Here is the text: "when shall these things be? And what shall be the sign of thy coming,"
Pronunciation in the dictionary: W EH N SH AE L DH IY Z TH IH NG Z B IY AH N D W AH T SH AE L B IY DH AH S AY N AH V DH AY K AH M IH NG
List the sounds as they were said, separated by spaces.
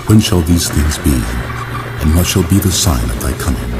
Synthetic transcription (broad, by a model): W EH N SH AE L DH IY Z TH IH NG Z B IY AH N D W AH T SH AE L B IY DH AH S AY N AH V DH AY K AH M IH NG